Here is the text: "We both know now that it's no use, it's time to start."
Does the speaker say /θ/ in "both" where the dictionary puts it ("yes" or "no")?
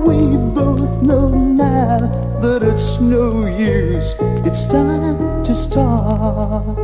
yes